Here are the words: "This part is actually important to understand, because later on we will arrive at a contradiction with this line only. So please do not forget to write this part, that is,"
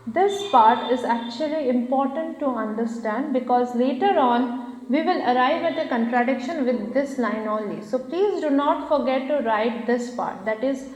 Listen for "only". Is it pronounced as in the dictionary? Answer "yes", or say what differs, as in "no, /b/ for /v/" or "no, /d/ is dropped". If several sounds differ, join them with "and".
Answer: no, /n/ is dropped